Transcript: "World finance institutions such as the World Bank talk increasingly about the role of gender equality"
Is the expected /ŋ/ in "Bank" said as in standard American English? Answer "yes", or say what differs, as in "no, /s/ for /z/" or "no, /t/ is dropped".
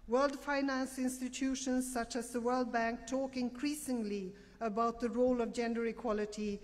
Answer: yes